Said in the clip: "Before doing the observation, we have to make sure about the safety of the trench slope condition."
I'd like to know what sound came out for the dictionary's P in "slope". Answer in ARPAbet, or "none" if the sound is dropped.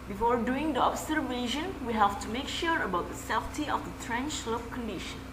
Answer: F